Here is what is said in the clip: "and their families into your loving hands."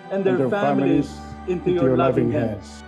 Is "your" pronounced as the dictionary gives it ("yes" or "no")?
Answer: no